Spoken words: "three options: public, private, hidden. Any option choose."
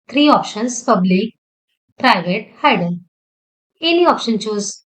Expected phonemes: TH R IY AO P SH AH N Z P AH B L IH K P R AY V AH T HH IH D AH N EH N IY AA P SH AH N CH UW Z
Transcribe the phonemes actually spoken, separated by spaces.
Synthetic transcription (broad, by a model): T R IY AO P SH AH N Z P AH B L IH K P R AY V AH T HH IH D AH L EH N IY AA P SH AH N CH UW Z